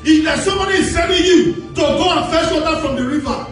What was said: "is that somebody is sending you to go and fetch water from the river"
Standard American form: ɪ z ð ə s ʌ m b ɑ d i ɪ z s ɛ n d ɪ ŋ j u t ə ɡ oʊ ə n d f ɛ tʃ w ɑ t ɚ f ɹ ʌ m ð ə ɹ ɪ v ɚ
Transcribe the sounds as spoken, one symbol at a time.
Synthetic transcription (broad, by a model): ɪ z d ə s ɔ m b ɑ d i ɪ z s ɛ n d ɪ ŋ j u t ə ɡ oʊ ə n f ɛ ʃ w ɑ t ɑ f ɹ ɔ m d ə ɹ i v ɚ